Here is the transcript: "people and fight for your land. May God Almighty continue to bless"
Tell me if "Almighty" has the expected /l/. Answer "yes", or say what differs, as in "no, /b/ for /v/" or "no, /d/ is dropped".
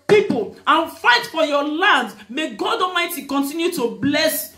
no, /l/ is dropped